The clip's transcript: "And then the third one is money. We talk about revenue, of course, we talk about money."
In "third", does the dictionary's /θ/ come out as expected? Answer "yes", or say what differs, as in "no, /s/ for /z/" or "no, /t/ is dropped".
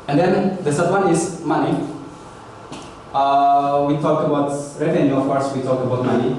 no, /s/ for /θ/